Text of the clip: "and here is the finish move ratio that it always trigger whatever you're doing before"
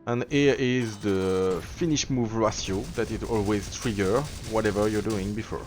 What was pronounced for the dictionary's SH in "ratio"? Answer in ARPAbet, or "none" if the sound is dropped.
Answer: S